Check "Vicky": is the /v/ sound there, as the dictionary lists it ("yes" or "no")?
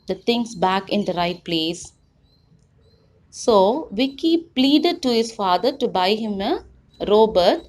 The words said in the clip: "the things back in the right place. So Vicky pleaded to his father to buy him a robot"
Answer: yes